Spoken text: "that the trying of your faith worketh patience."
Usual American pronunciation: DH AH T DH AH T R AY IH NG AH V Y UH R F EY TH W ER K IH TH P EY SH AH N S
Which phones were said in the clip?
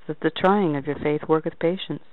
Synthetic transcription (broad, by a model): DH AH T DH AH T R AY IH NG AH V Y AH R F EY TH W ER K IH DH P EY SH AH N S